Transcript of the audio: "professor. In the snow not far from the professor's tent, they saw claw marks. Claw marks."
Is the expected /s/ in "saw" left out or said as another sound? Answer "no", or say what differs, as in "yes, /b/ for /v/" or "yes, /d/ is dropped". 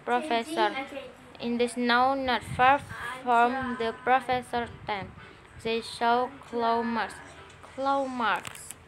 yes, /ʃ/ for /s/